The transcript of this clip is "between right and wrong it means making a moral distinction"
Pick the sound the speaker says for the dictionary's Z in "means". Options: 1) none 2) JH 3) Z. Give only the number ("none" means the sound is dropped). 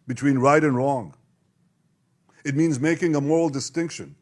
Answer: 3